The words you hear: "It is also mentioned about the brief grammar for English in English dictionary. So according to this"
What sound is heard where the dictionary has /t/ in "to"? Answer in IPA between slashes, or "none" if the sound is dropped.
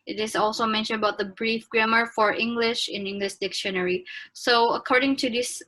/t/